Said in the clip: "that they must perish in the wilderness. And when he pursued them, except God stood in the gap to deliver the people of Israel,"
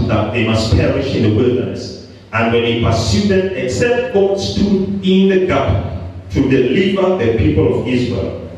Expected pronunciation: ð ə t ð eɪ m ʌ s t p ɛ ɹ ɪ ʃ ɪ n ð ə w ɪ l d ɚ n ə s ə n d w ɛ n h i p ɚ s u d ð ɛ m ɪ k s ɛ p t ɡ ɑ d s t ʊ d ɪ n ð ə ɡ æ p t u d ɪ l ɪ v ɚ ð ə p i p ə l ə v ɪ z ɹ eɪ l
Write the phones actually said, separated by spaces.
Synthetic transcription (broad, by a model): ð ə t ð eɪ m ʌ s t p ɛ ɹ ɪ ʃ ɪ n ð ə w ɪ l d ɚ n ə s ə n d w ɛ n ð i p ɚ s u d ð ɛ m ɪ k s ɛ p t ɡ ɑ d s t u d ɪ n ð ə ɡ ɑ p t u d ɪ l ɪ v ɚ ð ə p i p ə l ə v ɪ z ɹ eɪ l